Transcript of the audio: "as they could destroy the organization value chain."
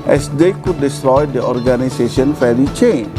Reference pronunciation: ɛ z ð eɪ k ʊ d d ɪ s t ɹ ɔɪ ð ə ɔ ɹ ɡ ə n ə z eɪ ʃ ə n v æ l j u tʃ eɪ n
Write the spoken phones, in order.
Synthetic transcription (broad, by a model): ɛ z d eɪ k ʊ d d ɪ s t ɹ ɔɪ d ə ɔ ɹ ɡ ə n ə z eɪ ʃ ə n f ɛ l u tʃ eɪ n